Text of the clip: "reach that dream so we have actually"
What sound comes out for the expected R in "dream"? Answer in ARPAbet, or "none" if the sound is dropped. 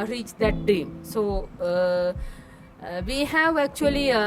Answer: none